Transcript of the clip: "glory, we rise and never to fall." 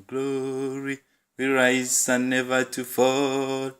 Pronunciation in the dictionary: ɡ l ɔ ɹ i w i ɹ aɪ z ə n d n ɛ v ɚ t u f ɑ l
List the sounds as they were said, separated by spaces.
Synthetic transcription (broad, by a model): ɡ l ɔ ɹ i w i ɹ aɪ s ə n n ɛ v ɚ t u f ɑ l